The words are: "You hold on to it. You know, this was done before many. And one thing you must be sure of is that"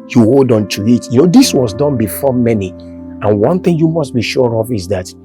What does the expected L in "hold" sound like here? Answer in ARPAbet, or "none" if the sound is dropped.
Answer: L